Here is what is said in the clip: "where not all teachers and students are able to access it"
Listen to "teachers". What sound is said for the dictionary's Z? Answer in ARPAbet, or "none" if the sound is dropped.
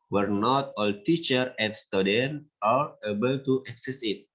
none